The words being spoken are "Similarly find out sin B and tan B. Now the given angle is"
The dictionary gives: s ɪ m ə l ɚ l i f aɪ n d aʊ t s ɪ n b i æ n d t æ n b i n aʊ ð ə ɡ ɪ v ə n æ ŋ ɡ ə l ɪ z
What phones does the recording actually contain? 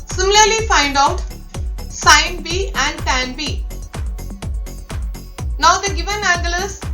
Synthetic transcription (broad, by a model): s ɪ m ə l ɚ l i f aɪ n d aʊ t s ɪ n b i æ n d t æ n b i n aʊ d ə ɡ ɪ v ə n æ ɡ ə l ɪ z